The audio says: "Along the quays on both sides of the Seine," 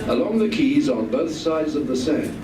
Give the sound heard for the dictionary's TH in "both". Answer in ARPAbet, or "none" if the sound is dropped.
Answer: TH